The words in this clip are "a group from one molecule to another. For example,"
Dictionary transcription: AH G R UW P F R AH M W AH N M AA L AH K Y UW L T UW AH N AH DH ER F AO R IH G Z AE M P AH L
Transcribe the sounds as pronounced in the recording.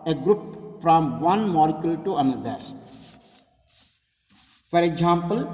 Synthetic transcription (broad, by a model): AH G R UW P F R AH M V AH N M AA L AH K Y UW L T UW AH N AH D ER F AO R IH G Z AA M P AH L